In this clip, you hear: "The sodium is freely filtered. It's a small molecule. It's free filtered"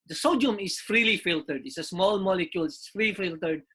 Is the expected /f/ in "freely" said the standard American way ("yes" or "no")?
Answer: yes